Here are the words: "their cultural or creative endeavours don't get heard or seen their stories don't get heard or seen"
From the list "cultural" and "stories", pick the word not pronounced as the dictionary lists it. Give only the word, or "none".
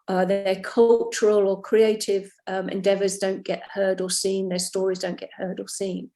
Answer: none